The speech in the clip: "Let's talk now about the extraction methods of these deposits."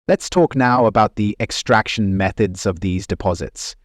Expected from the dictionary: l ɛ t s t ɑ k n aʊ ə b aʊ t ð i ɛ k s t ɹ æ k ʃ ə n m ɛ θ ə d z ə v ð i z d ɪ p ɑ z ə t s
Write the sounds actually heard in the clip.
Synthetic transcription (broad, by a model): l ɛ t s t ɑ k n aʊ ə b aʊ t ð i ɛ k s t ɹ æ k ʃ ə n m ɛ θ ə d z ə v ð i z d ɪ p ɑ z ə t s